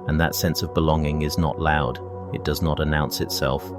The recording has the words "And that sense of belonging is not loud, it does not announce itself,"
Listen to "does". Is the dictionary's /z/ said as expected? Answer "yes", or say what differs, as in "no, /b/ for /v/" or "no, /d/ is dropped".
yes